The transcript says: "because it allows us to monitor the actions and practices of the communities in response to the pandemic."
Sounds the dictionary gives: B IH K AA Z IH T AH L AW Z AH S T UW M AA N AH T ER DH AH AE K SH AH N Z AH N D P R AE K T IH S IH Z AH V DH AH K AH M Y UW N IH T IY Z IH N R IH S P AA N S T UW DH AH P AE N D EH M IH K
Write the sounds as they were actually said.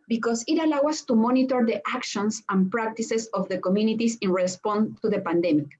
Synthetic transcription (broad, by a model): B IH K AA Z IH T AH L AW AA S T UW M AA N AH T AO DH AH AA K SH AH N S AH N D P R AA K T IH S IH S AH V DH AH K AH M Y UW N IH T IY S IH N R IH S P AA N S T UW DH AH P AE N D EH M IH K